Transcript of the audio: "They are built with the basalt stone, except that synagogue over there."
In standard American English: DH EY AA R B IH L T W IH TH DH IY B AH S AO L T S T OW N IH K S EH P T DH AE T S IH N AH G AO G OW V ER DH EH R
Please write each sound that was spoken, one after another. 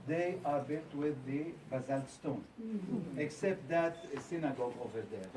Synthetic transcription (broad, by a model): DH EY AA R B IH L T W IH DH IY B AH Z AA L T S T OW N IH K S EH P T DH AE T S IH N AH G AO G OW V ER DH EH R